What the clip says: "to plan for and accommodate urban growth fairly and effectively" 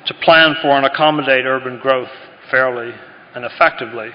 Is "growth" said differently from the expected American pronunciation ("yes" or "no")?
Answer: no